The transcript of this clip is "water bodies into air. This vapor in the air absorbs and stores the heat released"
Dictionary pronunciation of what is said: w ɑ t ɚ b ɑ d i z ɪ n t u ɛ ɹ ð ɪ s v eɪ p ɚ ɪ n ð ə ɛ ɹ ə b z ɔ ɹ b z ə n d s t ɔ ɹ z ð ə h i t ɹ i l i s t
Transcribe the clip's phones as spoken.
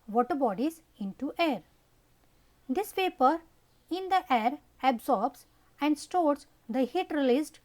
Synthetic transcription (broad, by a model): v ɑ t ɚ b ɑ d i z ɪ n t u ɛ ɹ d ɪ s p eɪ p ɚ ɪ n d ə ɛ ɹ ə b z ɔ ɹ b s ə n d s t ɔ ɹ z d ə h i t ɹ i l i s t